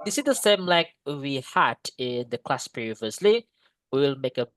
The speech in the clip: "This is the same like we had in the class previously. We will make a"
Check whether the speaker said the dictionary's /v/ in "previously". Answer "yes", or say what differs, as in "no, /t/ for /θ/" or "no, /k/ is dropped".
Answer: yes